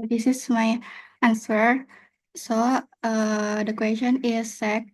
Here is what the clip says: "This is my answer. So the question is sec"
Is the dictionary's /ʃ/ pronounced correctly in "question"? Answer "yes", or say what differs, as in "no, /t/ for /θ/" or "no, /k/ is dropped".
no, /ʃ/ is dropped